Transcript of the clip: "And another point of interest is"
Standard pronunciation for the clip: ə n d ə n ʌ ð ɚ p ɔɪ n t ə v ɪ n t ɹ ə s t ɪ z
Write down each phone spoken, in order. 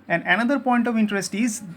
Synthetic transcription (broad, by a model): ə n d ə n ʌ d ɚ p ɔɪ n t ə v ɪ n t ɹ ə s t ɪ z